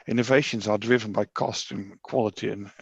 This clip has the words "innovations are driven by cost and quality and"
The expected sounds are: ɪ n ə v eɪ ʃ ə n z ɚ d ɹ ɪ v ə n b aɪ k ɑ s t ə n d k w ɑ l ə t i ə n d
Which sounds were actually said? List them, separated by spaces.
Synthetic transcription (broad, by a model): ɪ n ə v eɪ ʃ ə n z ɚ d ɹ ɪ v ə n b aɪ k ɑ s t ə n k w ɑ l ə t i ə n